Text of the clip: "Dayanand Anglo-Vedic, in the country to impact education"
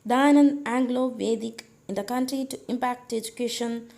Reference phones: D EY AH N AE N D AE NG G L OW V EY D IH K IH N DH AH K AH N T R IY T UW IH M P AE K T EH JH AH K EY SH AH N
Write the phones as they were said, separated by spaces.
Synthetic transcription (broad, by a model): D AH N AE N AE NG G L OW V EY D IH K IH N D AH K AH N T R IY T UW IH M P AE K T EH JH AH K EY SH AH N